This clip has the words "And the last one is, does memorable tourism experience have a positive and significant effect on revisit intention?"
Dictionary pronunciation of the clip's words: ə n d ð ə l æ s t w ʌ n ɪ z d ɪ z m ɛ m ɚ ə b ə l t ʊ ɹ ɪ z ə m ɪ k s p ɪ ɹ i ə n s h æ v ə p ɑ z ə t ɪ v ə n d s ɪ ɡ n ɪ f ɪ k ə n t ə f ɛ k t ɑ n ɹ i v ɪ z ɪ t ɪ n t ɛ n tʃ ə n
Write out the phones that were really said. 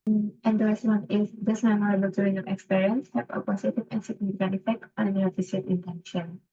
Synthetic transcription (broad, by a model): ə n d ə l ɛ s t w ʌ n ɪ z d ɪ s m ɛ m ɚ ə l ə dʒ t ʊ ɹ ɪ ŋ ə ɪ k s p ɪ ɹ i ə n s h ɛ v ə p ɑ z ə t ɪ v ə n s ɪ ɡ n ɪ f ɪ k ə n ə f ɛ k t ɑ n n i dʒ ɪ s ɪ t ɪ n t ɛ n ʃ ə n